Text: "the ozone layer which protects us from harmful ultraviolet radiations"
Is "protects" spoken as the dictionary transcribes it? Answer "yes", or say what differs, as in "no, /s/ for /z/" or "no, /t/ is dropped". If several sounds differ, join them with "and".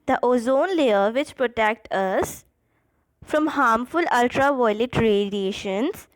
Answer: no, /s/ is dropped